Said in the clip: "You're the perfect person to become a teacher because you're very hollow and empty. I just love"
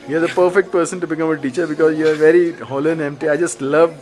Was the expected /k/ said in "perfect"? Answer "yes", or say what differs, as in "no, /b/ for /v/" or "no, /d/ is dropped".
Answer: yes